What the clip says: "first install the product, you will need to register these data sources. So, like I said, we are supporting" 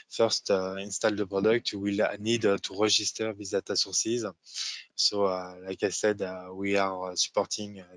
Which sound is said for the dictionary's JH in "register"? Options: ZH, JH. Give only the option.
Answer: ZH